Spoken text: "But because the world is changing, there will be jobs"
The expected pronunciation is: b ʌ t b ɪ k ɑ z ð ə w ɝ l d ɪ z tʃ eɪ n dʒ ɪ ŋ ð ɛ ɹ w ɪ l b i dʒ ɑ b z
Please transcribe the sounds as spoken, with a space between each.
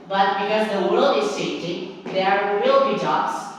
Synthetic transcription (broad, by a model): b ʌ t b ɪ k ɑ z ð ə w ɝ l d ɪ z s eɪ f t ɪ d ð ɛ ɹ w ɪ l b i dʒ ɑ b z